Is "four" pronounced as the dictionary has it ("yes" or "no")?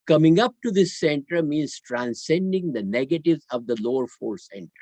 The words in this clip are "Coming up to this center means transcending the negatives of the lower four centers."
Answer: yes